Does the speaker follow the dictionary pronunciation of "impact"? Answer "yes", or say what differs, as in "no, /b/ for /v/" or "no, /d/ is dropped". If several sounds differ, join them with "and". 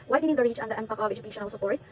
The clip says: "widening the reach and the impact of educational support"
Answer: no, /t/ is dropped